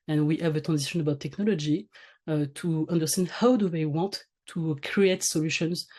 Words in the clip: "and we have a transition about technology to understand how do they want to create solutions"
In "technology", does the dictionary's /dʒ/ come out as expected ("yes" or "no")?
yes